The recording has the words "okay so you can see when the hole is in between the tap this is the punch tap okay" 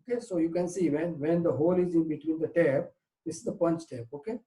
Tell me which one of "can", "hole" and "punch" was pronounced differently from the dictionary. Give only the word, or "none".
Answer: none